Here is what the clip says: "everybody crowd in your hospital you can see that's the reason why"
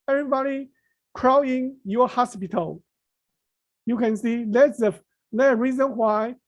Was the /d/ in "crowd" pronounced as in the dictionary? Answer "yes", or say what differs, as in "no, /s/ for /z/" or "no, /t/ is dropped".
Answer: no, /d/ is dropped